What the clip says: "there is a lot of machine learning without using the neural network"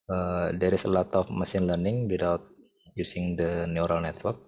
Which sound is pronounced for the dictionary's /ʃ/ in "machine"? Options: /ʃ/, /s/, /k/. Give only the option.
/s/